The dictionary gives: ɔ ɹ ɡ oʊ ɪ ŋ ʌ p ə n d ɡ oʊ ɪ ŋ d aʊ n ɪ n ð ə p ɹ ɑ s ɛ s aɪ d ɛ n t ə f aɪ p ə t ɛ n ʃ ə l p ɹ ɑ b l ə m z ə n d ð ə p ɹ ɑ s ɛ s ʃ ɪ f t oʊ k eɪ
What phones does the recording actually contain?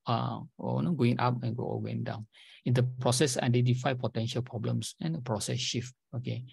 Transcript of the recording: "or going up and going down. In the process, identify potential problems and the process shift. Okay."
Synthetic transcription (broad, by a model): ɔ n ɡ oʊ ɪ ŋ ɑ p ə n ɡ ɡ oʊ ɪ ŋ d aʊ n ɪ n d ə p ɹ ɑ s ɛ s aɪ d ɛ n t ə f aɪ p ə t ɛ n ʃ ə l p ɹ ɑ b l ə m s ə n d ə p ɹ ɑ s ɛ s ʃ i f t oʊ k eɪ